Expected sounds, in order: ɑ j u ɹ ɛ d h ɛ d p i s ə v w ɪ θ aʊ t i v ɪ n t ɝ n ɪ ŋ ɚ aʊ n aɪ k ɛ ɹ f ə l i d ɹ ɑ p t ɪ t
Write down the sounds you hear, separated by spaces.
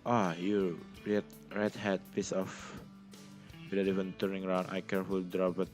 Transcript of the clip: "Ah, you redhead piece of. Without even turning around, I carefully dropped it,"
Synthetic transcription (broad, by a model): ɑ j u ɹ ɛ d h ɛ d p i s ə f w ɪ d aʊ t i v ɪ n t ɝ n ɪ ŋ ɚ aʊ n aɪ k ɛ ɹ f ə l d ɹ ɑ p ɪ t